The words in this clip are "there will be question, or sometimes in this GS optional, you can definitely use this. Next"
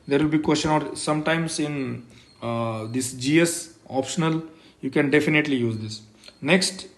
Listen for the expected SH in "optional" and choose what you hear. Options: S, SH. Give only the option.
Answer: SH